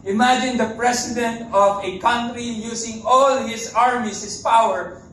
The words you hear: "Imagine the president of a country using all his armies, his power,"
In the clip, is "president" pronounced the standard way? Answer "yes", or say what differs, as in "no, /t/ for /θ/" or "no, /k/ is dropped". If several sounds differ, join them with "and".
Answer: no, /s/ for /z/